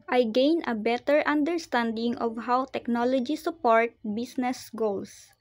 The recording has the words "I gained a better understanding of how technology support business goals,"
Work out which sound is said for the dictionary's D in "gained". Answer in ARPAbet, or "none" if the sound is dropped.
none